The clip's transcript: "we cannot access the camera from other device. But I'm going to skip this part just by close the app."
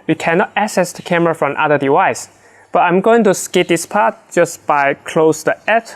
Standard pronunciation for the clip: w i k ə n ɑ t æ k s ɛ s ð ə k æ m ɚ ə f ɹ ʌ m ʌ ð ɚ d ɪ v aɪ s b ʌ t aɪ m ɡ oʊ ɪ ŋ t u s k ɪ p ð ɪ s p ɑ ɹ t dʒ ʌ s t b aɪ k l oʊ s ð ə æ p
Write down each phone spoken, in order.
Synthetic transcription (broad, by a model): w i k ə n ɑ t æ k s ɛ s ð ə k æ m ɚ ə f ɹ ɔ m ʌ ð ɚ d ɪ w aɪ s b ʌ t aɪ m ɡ oʊ ɪ ŋ t u s k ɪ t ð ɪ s p ɑ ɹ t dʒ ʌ s b aɪ k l oʊ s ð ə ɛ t